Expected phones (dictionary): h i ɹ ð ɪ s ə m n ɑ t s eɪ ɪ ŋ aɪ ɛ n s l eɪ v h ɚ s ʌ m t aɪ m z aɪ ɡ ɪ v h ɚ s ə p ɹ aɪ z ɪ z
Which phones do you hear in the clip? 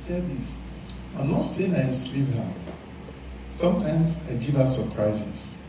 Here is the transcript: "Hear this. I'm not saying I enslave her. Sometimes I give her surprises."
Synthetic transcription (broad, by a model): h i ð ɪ s ə m n ɑ t s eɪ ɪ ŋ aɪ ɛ s l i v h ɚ s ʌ m t aɪ m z aɪ ɡ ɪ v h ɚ s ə p ɹ aɪ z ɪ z